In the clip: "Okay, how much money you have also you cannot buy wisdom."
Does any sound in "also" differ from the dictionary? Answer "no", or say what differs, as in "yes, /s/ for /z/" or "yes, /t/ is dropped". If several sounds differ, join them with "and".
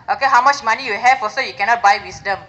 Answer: yes, /l/ is dropped